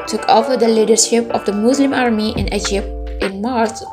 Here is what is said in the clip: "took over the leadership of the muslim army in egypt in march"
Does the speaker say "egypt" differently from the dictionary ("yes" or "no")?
no